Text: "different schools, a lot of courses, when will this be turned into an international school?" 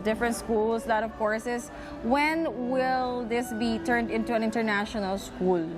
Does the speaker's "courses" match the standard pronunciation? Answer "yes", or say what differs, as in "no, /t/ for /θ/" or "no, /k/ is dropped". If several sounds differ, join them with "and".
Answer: no, /s/ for /z/